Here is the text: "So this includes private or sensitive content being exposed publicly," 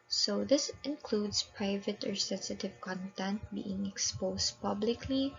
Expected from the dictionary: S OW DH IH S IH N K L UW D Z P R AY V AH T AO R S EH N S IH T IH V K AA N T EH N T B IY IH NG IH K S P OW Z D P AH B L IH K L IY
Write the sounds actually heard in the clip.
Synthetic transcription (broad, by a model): S OW DH IH S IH N K L UW D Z P R AY V AH T AO R S EH N S IH T IH V K AA N T EH N T B IY IH NG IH K S P OW S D P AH B L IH K L IY